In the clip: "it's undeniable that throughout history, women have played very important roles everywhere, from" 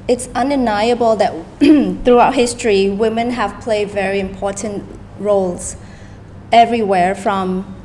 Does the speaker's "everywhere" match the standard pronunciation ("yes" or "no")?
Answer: yes